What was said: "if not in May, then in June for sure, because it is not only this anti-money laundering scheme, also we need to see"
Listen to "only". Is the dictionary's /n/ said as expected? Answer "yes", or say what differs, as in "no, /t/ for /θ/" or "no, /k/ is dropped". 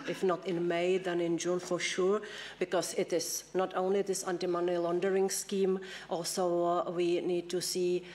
yes